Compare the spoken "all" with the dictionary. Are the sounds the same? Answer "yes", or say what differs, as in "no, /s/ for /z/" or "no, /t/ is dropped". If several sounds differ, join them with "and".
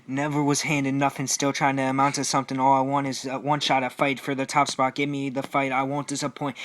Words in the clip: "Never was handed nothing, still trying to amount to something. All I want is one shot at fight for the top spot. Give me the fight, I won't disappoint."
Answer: yes